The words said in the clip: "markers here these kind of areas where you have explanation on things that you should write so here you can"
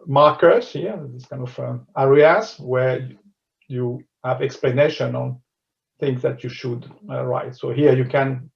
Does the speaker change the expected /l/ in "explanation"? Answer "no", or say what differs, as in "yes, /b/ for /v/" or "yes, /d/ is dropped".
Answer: no